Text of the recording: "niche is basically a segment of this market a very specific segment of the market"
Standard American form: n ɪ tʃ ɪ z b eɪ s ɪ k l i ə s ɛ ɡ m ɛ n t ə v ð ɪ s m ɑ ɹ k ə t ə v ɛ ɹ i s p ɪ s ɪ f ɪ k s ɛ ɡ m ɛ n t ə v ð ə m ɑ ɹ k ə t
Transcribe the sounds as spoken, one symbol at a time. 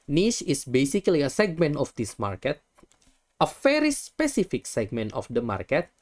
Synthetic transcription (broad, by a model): n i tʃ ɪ s b eɪ s ɪ k l i ə s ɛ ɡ m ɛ n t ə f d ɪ s m ɑ ɹ k ə t ə f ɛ ɹ i s p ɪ s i f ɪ k s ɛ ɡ m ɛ n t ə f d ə m ɑ ɹ k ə t